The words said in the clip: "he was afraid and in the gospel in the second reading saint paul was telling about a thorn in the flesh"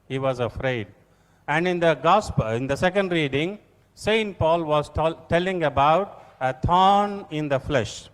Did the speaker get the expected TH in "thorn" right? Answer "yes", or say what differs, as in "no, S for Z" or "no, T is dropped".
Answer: no, T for TH